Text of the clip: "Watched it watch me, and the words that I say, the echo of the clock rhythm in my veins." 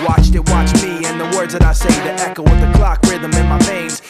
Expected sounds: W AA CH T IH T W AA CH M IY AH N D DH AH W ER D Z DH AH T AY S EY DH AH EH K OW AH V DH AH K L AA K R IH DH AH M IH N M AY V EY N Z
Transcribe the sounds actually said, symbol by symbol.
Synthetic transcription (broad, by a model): W AA CH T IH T W AA CH M IY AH N DH AH W ER D Z DH AH T AY S EY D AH EH K OW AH W DH AH K L AA K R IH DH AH M IH N M AY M EY N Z